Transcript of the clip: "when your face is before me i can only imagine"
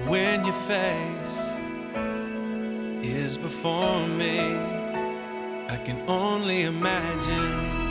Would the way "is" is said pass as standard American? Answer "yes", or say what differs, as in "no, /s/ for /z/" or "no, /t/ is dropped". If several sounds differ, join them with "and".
yes